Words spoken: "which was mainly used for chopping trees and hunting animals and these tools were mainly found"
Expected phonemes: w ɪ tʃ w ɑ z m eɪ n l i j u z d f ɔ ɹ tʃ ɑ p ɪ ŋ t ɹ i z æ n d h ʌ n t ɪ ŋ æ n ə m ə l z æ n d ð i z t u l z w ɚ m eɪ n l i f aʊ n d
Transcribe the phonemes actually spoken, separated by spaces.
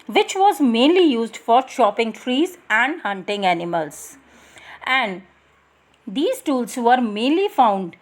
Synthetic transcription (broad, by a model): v ɪ tʃ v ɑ z m eɪ n l i j u z d f ɔ ɹ ʃ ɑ p ɪ ŋ t ɹ i z æ n d h ʌ n t ɪ ŋ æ n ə m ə l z æ n d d i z t u l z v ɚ m eɪ n l i f aʊ n d